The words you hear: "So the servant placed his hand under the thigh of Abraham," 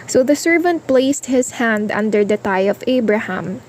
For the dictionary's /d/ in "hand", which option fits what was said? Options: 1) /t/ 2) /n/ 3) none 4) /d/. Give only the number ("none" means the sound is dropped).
4